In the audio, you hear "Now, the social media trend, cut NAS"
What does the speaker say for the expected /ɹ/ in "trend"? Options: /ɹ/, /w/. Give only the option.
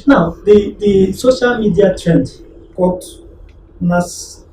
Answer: /ɹ/